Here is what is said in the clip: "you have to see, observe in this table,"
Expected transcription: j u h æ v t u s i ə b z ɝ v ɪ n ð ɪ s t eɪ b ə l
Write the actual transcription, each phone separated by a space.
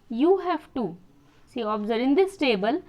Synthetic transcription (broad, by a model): j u h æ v t u s i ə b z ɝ ɪ n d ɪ s t eɪ b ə l